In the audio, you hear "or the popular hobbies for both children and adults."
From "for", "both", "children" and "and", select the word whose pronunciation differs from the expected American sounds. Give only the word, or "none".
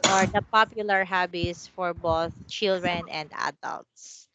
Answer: none